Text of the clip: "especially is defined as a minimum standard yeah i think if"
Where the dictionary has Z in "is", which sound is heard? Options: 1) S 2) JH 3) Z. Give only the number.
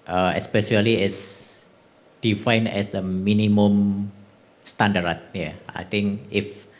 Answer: 1